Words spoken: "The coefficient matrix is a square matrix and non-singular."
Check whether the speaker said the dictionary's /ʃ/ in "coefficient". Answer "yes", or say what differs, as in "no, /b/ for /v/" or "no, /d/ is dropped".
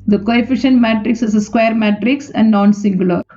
yes